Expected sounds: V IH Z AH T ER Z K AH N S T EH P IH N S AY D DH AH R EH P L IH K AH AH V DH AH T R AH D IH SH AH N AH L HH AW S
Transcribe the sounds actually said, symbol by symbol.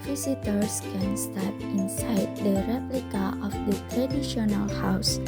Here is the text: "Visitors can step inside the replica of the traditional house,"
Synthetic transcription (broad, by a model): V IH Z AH T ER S K AH N S T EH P IH N S AY D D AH R EH P L IH K AH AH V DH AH T R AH D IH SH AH N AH L HH AW S